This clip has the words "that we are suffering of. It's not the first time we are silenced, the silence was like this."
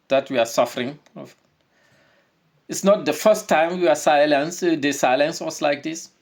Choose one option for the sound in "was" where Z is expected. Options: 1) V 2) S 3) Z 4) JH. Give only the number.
2